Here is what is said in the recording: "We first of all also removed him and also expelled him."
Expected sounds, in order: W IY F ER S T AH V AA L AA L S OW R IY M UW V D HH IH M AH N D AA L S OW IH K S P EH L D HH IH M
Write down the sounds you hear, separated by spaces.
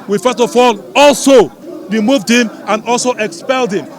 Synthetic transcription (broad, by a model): W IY F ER S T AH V AA L AA L S OW R IY M UW V D HH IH M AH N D AA L S OW IH K S P EH L D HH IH M